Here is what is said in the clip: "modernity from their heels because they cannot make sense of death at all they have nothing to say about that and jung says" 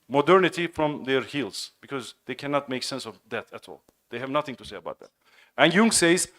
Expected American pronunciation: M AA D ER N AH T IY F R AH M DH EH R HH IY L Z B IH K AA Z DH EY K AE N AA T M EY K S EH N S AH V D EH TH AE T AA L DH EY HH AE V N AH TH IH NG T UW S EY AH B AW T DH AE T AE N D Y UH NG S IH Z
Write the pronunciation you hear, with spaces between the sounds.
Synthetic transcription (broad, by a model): M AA D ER N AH T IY F R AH M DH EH R HH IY L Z B IH K AA Z DH EY K AE N AA T M EY K S EH N S AH V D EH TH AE T AA L DH EY HH AE V N AH TH IH NG T UW S EY AH B AW T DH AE T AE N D Y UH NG S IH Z